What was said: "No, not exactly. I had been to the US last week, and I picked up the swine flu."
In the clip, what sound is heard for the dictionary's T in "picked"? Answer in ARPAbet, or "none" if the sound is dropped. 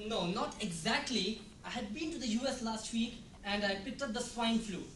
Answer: T